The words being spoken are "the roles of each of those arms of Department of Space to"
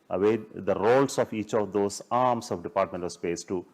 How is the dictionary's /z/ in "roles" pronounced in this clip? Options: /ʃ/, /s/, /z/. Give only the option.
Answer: /s/